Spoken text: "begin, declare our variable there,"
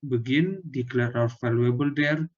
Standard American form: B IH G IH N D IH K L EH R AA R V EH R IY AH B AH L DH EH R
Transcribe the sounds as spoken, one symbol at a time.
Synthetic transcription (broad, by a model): B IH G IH N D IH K L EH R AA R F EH L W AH B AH L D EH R